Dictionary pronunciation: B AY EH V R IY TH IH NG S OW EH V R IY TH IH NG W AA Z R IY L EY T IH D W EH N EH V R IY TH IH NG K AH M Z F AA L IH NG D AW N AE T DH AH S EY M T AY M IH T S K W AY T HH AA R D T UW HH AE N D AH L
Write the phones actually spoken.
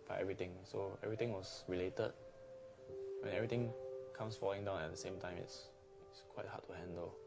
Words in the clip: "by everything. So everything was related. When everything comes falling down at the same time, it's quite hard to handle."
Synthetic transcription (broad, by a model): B AY EH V R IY T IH NG S OW EH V R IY T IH NG W AA S R IY L EY T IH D W EH N EH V R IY T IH NG K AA M S F AA L IH NG D AW N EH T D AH S EY M T AY M IH T S K W AY T HH AA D T UW HH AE N D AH L